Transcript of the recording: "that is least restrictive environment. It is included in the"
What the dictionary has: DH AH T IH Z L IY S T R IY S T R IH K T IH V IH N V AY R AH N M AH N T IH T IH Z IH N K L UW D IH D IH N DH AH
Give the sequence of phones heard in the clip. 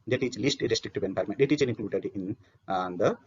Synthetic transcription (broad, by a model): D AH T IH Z L IY S T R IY S T R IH K T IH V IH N P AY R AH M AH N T IH T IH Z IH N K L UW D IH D IH N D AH